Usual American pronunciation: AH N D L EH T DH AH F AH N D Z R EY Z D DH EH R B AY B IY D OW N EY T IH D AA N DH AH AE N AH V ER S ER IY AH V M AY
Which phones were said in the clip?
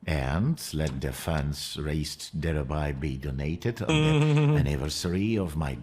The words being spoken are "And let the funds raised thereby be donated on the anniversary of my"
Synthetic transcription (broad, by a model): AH N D L EH T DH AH F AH N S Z R EY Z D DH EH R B AY B IY D OW N EY T IH D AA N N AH AE N AH V ER S ER IY AH V M AY